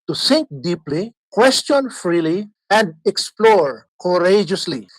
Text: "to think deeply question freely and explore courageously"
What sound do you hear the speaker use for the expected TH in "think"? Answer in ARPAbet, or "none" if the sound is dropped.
S